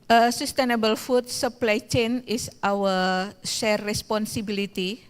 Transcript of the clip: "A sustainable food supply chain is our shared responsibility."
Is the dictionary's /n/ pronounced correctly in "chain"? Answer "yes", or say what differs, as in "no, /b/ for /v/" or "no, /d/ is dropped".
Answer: yes